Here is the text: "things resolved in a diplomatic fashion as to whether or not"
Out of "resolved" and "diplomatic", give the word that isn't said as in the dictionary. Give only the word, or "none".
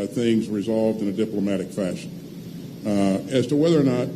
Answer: none